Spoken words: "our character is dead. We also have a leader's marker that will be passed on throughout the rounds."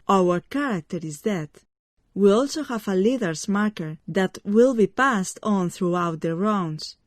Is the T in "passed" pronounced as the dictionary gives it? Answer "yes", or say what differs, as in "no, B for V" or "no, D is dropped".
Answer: yes